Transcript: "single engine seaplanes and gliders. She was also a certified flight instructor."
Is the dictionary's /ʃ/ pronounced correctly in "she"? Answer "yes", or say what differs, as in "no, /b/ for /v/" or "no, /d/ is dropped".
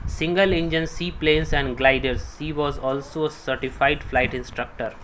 no, /s/ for /ʃ/